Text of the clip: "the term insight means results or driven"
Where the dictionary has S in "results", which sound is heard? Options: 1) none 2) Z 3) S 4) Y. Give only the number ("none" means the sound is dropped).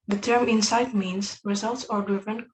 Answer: 3